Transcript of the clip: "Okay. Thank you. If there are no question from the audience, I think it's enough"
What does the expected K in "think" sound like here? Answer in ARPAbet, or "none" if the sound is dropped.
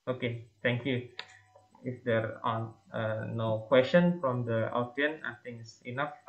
none